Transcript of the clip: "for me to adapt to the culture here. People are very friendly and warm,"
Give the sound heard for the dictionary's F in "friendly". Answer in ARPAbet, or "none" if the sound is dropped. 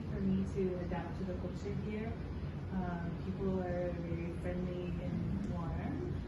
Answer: F